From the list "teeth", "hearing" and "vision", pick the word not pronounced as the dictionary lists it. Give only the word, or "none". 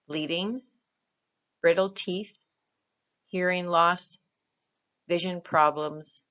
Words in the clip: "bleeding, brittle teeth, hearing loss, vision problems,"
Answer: none